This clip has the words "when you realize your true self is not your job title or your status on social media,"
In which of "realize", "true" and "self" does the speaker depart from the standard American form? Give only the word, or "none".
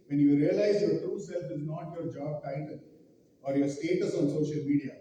none